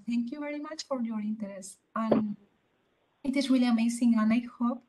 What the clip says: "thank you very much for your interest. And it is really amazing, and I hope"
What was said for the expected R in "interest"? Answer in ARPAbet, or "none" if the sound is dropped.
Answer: none